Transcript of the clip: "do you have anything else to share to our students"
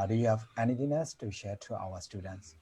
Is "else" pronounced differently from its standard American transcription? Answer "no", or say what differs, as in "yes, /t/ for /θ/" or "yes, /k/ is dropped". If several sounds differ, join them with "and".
yes, /l/ is dropped